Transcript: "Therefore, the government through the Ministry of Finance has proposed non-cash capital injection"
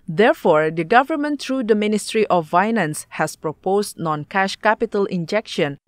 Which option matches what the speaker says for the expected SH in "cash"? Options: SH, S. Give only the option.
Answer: SH